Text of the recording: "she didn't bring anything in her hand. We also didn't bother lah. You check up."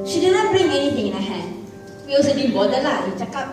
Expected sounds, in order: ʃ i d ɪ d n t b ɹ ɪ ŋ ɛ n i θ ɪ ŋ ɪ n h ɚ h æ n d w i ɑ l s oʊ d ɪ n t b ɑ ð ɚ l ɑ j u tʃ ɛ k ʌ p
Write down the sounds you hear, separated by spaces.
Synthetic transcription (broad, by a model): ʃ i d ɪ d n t b ɹ ɪ ŋ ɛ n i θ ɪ ŋ ɪ n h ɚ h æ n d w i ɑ s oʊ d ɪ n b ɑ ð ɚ l ɑ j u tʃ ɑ k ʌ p